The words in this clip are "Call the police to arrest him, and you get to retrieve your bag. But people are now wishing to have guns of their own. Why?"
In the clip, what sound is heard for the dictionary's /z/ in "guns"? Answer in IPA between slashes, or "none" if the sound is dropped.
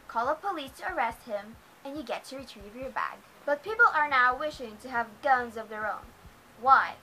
/z/